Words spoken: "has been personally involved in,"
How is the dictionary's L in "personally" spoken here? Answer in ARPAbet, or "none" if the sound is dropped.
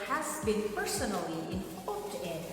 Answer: L